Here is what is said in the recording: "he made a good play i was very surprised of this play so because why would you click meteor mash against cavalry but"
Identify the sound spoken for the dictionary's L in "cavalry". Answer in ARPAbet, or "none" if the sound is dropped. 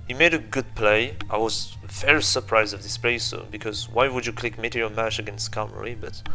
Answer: none